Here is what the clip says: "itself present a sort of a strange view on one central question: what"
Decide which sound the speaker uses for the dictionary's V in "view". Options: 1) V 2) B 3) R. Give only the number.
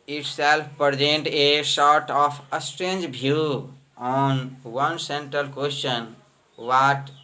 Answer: 2